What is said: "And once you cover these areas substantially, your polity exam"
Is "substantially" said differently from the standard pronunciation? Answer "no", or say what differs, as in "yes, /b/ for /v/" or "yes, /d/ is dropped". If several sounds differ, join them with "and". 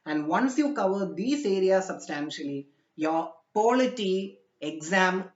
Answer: no